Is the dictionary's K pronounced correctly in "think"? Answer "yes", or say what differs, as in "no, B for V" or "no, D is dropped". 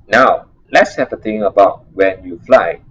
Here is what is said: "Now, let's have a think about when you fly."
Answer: no, K is dropped